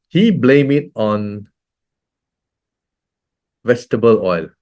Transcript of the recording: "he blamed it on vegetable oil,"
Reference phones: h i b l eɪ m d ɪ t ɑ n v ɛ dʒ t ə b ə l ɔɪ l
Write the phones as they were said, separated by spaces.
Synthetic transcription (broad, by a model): h i b l eɪ m ɪ t ɑ n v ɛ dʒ t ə b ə l ɔɪ l